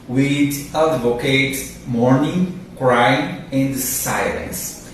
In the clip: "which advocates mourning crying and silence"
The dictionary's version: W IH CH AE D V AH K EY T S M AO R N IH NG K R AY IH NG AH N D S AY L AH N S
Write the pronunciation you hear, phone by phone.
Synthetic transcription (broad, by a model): W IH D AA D V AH K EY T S M AO R N IH NG K R AY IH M AH N D S AY L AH N S